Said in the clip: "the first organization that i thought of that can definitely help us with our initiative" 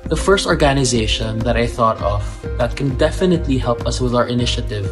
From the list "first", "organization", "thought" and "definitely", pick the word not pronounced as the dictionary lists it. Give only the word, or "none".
none